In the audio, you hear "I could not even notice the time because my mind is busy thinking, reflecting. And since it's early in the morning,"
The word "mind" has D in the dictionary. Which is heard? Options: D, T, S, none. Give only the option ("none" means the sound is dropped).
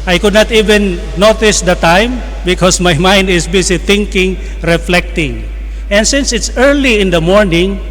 D